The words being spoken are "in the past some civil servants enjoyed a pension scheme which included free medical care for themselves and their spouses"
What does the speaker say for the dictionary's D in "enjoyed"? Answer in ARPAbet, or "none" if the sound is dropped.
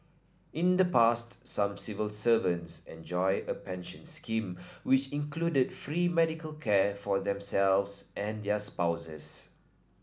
none